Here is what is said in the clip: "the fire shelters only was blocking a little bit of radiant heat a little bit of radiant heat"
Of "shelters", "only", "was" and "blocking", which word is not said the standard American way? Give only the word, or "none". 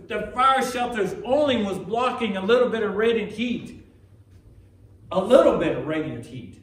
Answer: none